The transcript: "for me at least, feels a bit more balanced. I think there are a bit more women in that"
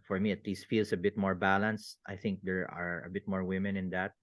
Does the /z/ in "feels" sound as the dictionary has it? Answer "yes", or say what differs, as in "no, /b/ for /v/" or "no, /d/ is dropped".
no, /s/ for /z/